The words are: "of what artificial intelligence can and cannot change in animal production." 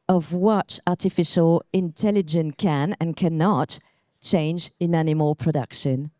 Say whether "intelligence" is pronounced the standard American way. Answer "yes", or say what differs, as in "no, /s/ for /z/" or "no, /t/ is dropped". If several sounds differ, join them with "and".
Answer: no, /s/ is dropped